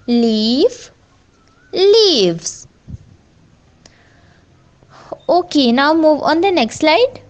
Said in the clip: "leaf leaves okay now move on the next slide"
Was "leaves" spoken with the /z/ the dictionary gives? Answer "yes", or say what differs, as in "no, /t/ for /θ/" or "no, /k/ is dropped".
no, /s/ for /z/